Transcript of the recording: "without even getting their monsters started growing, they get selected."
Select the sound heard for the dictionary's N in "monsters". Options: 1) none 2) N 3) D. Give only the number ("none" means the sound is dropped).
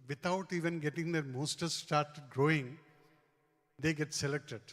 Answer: 1